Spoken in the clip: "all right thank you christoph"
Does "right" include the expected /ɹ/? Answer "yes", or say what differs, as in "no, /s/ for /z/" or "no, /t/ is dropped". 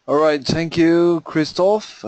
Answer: yes